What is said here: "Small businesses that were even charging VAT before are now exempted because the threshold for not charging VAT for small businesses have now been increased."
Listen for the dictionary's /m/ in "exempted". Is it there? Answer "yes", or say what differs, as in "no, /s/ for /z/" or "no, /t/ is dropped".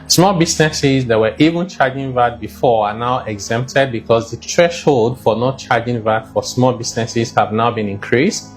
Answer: yes